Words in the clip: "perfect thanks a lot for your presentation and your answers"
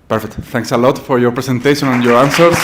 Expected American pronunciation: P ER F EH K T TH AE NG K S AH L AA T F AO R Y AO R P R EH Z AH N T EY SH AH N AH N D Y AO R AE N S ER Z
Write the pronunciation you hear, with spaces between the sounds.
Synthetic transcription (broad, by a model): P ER F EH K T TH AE NG K S AH L AA T F AO R Y AO R P R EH S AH N T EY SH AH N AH N Y AO R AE N S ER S